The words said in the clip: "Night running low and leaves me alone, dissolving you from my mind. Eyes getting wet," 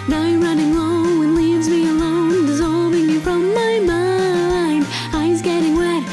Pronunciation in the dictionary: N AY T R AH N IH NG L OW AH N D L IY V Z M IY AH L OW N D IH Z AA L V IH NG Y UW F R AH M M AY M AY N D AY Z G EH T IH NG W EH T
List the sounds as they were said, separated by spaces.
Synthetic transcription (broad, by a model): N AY R AH N IH NG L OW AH N L IY V Z M IY AH L OW N D IH Z AA L V IH NG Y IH F R AH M M AY M AY N D AY Z G EH T IH NG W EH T